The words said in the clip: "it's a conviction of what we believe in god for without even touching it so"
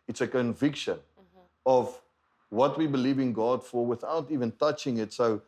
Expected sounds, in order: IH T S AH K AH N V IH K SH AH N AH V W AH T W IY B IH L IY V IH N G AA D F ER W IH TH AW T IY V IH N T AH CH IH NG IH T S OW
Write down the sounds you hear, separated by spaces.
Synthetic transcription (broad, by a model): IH T S AH K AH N V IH K SH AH N AH V W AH T W IY B IH L IY V IH N G AA D F ER W IH TH AW T IY V IH N T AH CH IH NG IH T S OW